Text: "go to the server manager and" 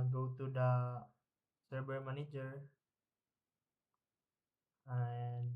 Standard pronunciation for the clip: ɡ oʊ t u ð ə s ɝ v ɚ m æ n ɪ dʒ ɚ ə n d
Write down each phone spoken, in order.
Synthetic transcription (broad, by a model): ɡ oʊ t u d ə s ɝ b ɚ m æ n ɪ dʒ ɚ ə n